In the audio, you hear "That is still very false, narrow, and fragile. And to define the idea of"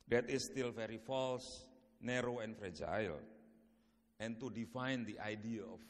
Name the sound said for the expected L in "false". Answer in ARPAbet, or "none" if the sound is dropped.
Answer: L